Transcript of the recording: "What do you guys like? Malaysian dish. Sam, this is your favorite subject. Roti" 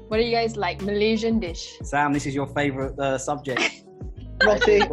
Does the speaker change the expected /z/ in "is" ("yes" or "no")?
no